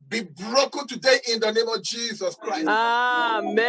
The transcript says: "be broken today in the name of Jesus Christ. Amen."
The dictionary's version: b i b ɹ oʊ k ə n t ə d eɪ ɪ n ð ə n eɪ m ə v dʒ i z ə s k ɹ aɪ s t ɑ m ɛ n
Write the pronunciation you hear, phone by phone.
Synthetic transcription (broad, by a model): b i b ɹ oʊ k ə n t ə d eɪ ɪ n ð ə n eɪ m ə v dʒ i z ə s k ɹ aɪ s ɑ m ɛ